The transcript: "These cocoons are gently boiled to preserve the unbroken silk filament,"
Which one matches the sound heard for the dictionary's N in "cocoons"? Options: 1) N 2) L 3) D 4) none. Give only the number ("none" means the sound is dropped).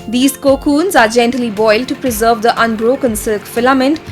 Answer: 1